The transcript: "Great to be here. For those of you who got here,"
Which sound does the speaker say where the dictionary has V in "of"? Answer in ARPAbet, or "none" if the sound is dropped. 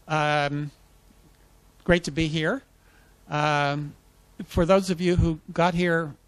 V